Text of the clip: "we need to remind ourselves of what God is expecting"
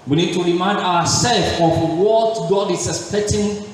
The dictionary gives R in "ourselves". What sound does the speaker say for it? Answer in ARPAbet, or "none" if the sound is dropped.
W